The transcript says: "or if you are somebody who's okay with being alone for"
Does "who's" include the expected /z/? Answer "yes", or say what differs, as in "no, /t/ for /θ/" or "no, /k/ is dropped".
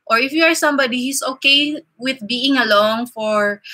no, /s/ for /z/